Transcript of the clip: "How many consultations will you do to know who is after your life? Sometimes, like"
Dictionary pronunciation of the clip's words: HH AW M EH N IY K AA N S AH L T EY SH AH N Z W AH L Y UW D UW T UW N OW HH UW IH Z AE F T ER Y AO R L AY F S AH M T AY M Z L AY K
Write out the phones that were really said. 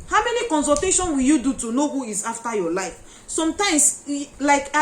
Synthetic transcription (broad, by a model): HH AW M EH N IY K AA N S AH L T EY SH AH N W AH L Y UW D UW T UW N OW HH UW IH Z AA F T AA Y AO L AY F S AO M T AY M S L AY K